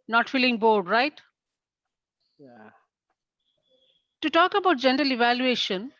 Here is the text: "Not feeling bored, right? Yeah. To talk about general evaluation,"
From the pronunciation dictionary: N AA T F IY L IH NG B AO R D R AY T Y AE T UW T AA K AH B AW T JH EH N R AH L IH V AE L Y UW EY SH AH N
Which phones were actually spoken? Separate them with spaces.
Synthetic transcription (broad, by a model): N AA T F IY L IH NG B AO R D R AY T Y T UW T AA K AH B AW T JH EH N R AH L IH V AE L Y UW EY SH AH N